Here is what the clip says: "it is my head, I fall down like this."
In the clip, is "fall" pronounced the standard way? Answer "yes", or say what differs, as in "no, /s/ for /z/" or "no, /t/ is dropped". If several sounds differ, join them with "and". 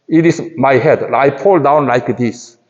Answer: no, /p/ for /f/